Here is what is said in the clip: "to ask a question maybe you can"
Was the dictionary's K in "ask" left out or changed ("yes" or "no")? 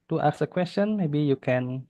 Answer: yes